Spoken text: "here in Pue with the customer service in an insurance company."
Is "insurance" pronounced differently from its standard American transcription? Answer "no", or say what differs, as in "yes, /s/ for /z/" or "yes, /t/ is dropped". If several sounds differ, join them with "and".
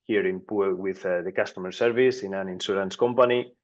yes, /s/ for /ʃ/